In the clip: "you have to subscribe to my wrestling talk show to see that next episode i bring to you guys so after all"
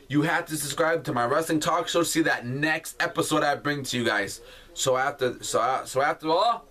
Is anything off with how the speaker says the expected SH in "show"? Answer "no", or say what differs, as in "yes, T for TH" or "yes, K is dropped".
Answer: yes, S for SH